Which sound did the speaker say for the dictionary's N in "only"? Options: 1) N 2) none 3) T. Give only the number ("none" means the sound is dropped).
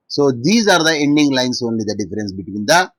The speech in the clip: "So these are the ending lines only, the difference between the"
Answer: 1